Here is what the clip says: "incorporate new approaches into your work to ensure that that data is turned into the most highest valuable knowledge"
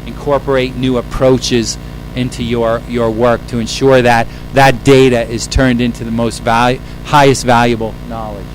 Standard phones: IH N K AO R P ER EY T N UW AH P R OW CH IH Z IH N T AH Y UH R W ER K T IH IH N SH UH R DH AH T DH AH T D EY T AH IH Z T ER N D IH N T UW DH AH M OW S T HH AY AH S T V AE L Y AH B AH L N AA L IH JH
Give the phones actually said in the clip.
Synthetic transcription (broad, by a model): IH N K AO R P ER EY T N UW AH P R OW CH IH Z IH N T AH Y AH R W ER K T IH IH N SH UH R DH AH T DH AH T D EY T AH IH Z T ER N D IH N T UW DH AH M OW S T HH AY AH S T V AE L Y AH B L N AA L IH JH